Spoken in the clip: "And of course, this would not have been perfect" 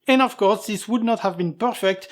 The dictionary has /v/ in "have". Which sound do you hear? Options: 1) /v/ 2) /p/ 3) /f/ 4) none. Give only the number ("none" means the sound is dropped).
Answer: 1